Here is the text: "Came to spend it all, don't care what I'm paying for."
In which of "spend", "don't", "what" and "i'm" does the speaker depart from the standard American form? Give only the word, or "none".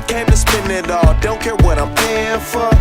spend